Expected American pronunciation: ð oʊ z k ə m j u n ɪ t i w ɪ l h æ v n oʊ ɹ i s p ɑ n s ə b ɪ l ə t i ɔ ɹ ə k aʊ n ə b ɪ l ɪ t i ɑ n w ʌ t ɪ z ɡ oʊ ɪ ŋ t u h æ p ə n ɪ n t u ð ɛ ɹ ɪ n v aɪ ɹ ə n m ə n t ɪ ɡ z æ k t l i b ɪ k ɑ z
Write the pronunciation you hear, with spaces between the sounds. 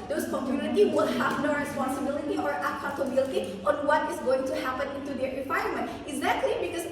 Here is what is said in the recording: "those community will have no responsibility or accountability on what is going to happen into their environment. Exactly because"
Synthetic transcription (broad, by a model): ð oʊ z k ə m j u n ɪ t i w ɪ l h æ v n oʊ ɹ i s p ɑ n s ə b ɪ l ə t i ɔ ɹ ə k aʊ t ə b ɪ l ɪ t i ɑ n w ʌ t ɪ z ɡ oʊ ɪ ŋ t u h æ p ə n ɪ n t u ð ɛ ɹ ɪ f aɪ ə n m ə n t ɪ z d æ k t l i b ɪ k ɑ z